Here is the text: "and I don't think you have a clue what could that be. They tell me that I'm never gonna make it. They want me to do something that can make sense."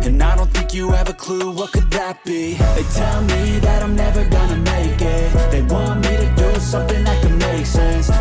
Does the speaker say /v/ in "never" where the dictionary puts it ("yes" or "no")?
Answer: yes